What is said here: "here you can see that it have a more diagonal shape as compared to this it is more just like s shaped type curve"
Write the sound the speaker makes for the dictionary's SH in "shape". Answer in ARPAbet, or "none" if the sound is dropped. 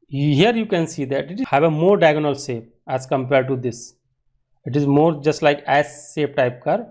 S